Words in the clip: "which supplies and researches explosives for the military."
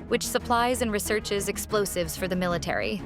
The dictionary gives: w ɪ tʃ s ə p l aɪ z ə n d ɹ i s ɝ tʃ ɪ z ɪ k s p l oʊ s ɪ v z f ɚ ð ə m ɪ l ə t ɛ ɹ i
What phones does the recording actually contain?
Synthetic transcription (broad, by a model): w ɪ tʃ s ə p l aɪ z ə n ɹ i s ɝ tʃ ɪ z ɪ k s p l oʊ s ɪ v z f ɚ ð ə m ɪ l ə t ɛ ɹ i